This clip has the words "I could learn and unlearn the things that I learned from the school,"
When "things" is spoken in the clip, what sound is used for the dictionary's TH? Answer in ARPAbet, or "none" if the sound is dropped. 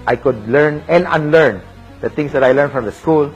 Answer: T